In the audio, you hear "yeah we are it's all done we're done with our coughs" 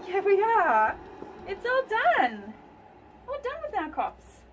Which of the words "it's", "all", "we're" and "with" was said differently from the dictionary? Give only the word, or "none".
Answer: we're